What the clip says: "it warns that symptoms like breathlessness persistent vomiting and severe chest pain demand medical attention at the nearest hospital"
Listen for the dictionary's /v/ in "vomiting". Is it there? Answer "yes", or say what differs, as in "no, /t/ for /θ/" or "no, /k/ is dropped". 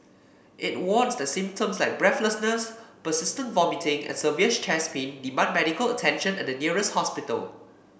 yes